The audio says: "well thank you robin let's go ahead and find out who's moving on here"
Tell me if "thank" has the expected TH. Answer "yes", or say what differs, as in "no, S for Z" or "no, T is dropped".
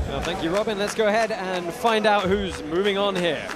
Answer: yes